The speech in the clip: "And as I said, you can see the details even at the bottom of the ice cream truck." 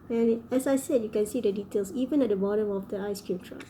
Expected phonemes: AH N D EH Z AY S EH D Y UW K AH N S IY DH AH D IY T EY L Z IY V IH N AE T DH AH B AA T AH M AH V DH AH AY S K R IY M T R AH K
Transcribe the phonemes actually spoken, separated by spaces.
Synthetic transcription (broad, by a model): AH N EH S AY S EH D Y UW K AH N S IY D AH D IY T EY L S IY V IH N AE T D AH B AA T AH M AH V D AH AY S K R IY M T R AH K